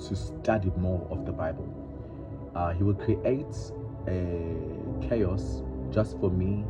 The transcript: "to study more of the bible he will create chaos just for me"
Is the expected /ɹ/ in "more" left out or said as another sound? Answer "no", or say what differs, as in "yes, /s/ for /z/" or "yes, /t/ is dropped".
no